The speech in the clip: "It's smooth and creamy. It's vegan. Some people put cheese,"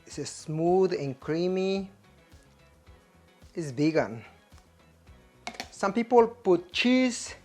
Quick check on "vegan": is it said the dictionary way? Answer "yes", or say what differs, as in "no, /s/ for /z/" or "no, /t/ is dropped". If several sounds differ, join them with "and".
no, /b/ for /v/